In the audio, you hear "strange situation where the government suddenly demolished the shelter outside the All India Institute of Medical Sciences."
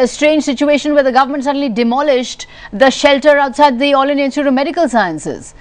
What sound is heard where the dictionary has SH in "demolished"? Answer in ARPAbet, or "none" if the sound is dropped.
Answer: SH